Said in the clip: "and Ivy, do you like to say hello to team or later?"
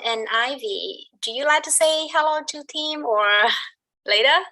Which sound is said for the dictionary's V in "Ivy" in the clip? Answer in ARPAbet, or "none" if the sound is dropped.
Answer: V